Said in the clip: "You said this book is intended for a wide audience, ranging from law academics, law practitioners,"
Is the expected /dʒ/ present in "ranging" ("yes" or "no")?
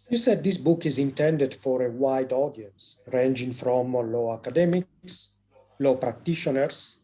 yes